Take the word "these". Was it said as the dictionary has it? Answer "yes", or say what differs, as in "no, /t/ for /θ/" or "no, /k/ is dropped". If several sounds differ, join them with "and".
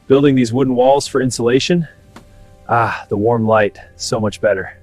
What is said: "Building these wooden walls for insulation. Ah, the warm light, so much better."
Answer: yes